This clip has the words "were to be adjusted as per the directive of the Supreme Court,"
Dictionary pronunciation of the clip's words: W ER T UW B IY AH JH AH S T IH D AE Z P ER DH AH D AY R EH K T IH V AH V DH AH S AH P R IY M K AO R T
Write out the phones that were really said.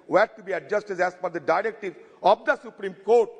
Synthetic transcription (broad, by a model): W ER T UW B IY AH JH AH S T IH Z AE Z F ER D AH D AY R EH K T IH V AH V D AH S AH P R IY M K AO R T